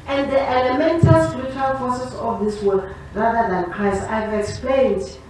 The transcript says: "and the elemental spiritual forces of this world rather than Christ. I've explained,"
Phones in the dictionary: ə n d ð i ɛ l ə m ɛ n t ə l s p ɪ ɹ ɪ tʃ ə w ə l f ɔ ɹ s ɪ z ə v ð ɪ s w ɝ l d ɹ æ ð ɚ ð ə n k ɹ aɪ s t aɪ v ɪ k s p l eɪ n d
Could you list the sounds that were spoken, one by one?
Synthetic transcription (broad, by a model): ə n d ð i ɛ l ə m ɛ n t ə l s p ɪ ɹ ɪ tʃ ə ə l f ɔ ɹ s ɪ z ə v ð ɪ s w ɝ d ɹ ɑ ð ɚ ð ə n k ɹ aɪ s aɪ v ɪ k s p l eɪ n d